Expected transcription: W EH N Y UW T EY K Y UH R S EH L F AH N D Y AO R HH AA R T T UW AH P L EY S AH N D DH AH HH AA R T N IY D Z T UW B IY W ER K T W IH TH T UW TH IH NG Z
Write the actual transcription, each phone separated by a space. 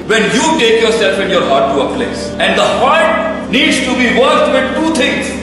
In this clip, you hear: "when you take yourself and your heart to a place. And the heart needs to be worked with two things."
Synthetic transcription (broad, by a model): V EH N Y UW T EY K Y UH R S EH L F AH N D Y AO R HH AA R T T UW AH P L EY S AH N D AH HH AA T N IY D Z T UW B IY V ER T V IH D T UW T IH NG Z